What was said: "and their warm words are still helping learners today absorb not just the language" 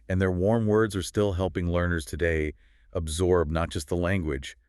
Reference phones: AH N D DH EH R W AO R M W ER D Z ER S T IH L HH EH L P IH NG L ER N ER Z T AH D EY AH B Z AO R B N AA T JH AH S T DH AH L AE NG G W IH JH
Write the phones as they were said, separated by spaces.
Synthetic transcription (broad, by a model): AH N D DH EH R W AO R M W ER D Z ER S T IH L HH EH L P IH NG L ER N ER Z T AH D EY AH B Z AO R B N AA T JH AH S T DH AH L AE NG G W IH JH